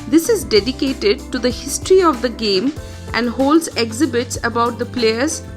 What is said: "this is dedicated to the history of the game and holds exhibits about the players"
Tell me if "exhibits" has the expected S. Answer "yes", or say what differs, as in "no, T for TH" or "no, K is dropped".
yes